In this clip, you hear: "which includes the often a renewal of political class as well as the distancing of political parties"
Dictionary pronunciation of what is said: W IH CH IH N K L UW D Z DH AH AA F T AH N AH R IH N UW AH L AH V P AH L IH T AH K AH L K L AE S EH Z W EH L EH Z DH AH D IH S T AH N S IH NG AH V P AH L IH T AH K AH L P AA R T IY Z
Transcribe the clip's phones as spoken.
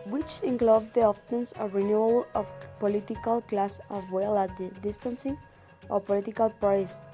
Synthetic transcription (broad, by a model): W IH CH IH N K L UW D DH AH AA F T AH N AH R IH N UW AH L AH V P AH L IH T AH K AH L K L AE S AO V W EH L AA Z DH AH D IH S T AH N S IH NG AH P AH L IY T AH K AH L P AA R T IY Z